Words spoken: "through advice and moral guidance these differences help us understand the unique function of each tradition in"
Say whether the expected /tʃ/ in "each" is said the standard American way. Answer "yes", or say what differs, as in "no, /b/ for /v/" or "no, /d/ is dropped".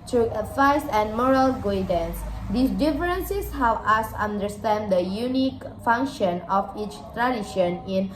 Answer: yes